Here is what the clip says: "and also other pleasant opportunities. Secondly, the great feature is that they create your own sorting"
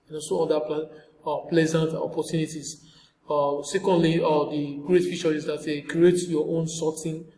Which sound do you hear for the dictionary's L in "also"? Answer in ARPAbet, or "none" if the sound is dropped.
none